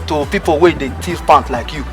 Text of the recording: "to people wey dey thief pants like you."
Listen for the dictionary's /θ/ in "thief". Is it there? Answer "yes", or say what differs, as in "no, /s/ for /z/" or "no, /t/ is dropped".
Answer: no, /t/ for /θ/